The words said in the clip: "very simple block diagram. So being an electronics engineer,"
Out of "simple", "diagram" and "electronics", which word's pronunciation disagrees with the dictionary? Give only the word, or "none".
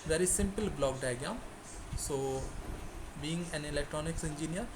diagram